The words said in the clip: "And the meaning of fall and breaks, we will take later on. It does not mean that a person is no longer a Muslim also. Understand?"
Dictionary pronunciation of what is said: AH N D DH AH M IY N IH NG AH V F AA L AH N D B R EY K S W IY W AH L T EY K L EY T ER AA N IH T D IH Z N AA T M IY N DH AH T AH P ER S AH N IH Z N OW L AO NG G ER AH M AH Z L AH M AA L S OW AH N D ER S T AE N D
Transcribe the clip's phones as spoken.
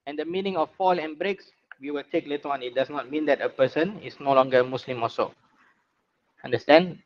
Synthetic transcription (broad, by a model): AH N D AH M IY N IH NG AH F AA L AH N B R EY K S W IY W AH L T EY K L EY T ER AA N IH T D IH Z N AA T M IY N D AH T AH P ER S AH N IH S N OW L AO NG G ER AH M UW S L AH M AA S OW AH N D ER S T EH N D